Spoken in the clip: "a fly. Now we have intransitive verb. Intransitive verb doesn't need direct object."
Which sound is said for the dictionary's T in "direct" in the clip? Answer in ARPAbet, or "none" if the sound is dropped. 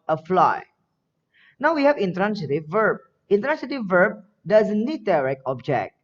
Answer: none